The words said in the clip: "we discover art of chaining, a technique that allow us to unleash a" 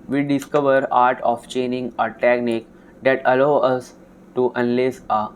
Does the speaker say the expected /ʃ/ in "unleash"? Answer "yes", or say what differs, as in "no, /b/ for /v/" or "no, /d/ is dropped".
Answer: no, /s/ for /ʃ/